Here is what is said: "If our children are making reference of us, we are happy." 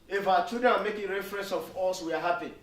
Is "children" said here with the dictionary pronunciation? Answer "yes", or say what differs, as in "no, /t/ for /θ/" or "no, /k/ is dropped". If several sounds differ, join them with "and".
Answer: no, /l/ is dropped and /ɹ/ is dropped and /n/ is dropped